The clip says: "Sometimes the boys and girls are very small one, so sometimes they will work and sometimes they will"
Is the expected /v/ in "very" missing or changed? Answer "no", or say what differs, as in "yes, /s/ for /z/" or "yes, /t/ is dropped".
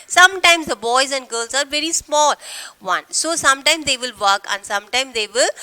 no